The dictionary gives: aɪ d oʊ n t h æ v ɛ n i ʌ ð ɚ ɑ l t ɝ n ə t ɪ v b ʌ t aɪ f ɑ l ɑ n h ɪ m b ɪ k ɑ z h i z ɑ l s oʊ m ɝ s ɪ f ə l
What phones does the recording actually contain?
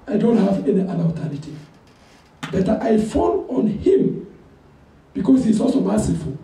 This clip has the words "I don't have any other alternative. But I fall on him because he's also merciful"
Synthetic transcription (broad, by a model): aɪ d oʊ n t h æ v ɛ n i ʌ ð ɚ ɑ t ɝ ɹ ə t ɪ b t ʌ t aɪ f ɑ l ɑ n h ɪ m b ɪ k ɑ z h i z ɑ l s oʊ m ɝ s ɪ f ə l